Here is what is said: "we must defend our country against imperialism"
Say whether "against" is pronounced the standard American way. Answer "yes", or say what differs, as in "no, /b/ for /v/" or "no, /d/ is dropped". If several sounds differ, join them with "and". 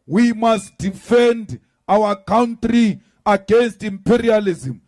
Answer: yes